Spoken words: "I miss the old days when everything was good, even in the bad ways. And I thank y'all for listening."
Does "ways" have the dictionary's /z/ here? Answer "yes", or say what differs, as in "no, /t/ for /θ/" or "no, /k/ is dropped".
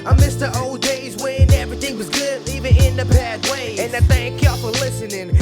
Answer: no, /z/ is dropped